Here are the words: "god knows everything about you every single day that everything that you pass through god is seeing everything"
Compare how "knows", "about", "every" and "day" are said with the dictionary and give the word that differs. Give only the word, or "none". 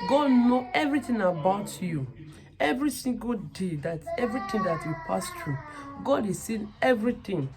knows